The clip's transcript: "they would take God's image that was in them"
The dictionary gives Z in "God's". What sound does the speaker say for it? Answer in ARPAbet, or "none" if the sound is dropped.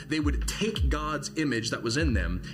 Z